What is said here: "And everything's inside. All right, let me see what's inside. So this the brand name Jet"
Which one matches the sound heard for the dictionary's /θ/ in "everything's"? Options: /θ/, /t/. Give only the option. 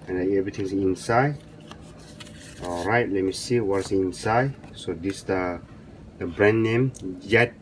/t/